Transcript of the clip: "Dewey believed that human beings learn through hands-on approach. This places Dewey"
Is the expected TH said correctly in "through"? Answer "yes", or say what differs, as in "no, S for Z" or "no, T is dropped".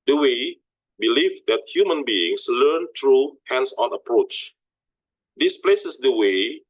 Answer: no, T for TH